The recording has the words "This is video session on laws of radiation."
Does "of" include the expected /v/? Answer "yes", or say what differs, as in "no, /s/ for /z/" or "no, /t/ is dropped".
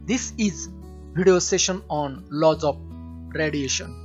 no, /p/ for /v/